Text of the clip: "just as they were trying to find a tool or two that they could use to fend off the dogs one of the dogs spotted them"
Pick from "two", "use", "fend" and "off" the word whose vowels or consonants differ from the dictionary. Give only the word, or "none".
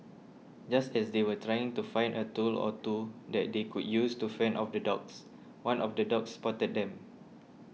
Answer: fend